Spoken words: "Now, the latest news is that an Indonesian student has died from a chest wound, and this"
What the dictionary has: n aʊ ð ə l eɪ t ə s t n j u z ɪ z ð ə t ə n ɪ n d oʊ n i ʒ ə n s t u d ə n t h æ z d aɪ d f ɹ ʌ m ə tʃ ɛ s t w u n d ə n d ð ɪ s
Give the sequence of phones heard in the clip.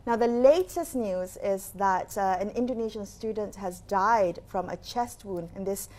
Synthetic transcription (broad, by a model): n aʊ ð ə l eɪ t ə s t n j u z ɪ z ð ə t ə n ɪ n d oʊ n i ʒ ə n s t u d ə n t h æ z d aɪ d f ɹ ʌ m ə tʃ ɛ s t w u n ə n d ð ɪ s